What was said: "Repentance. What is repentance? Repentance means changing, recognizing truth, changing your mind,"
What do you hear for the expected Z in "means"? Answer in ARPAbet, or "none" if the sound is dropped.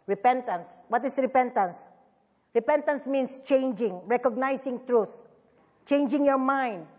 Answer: S